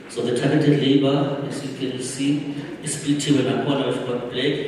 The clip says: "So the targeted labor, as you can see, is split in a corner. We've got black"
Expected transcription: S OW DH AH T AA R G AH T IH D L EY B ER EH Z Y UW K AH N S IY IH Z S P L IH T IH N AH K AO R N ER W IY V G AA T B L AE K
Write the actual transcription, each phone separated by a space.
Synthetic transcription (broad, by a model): S OW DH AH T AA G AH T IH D L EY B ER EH S Y UW K AH N S IY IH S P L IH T IH N AH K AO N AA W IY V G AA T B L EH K